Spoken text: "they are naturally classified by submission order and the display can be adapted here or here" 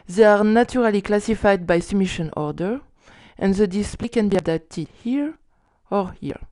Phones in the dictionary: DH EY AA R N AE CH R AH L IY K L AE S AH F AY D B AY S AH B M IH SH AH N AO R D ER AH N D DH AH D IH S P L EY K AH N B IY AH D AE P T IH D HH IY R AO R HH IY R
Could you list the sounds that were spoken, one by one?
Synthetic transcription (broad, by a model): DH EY AA R N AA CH R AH L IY K L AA S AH F AY D B AY S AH M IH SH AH N AO R D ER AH N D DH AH D IH S P L EY K AH N B IY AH D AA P T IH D HH IY R AO R HH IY R